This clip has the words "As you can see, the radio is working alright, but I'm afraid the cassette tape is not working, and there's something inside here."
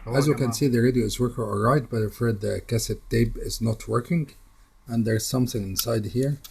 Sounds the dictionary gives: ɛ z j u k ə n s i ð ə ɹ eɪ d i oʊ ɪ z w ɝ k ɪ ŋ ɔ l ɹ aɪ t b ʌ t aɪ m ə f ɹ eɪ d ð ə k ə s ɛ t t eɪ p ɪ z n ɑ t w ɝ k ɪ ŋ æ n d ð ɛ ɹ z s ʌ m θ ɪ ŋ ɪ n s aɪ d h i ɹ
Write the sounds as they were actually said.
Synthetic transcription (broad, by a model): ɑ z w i k ə n s i ð ə ɹ eɪ d i oʊ ɪ z w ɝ k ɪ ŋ ɔ l ɹ aɪ t b ʌ t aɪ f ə ɹ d ð ə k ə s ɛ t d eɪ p ɪ z n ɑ t w ɝ k ɪ ŋ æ n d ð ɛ ɹ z s ʌ m θ ɪ ŋ ɪ n s aɪ d h i ɹ